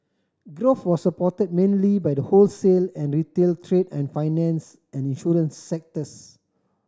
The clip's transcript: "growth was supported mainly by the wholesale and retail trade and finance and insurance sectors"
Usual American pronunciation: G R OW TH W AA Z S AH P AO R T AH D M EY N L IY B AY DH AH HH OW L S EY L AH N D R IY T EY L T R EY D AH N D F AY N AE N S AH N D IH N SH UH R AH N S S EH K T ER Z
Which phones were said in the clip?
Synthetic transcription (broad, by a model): G R OW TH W AA S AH P AO T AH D M EY N L IY B AY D AH HH OW L S EY L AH N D R IY T EY L T R EY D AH N F AY N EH N S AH N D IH N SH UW R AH N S S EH K T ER S